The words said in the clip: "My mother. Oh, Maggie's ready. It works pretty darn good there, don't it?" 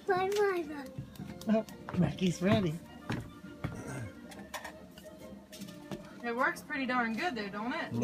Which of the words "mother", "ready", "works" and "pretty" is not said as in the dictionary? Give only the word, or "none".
mother